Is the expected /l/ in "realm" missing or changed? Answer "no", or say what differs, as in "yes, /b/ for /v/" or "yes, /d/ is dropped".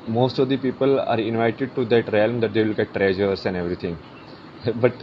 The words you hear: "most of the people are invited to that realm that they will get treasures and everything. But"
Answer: no